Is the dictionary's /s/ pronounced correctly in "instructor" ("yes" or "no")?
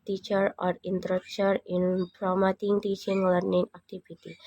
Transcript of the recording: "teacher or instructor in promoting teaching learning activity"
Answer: no